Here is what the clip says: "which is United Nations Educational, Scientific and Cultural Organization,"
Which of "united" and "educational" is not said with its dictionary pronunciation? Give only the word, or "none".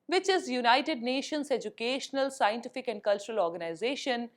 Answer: none